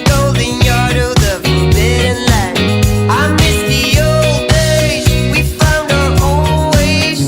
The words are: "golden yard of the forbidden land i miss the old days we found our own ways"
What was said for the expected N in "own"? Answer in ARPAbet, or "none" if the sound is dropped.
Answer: L